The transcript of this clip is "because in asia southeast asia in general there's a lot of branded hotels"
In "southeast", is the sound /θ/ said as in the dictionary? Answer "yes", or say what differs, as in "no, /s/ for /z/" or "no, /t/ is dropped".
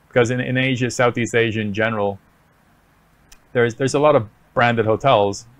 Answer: yes